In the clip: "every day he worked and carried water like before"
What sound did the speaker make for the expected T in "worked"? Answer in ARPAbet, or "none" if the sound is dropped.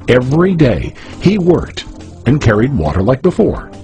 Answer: T